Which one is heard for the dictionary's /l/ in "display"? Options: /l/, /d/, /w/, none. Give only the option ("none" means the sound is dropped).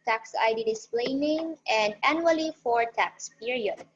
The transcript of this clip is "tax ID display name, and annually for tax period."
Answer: /l/